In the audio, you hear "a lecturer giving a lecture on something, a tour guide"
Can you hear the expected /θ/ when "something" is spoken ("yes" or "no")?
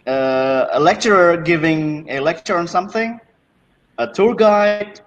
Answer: yes